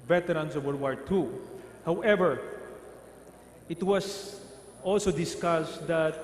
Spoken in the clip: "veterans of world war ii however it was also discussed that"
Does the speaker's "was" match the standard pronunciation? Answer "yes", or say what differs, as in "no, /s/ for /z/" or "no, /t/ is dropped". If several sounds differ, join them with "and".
no, /s/ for /z/